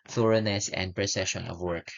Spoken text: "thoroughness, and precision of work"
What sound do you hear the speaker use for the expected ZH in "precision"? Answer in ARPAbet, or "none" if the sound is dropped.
SH